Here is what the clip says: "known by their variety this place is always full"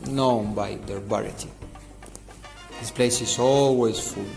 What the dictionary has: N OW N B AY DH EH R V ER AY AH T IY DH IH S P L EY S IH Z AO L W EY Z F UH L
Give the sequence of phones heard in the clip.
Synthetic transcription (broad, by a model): N OW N B AY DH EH R B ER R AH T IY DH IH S P L EY S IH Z AO L W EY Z F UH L